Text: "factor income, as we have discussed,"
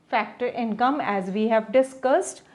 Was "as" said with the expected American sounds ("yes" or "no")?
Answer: yes